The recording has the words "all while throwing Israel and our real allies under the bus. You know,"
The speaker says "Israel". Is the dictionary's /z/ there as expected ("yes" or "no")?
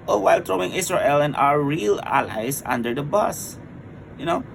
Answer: no